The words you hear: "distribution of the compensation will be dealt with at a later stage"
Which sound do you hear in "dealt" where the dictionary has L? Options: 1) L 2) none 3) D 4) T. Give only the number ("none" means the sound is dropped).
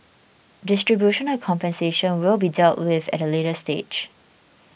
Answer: 1